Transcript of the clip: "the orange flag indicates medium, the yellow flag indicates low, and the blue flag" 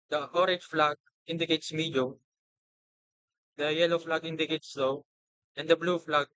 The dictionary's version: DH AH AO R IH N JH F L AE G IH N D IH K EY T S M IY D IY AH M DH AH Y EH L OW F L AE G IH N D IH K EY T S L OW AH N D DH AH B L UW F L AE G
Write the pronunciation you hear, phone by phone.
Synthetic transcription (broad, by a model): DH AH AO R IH JH F L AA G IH N D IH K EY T S M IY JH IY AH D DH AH Y EH L OW F L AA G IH N D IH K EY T S L OW AH N D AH B L UW F L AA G